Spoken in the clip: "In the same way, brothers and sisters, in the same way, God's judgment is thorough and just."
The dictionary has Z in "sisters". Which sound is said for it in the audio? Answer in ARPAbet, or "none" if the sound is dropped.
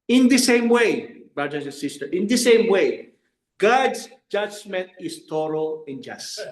none